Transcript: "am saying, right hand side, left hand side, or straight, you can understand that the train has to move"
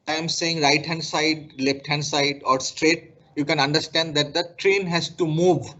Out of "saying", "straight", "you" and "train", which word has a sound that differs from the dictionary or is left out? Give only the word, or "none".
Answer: none